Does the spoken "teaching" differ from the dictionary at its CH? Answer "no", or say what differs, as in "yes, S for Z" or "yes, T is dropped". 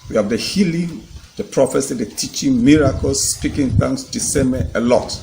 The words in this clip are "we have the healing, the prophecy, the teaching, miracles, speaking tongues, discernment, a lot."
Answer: no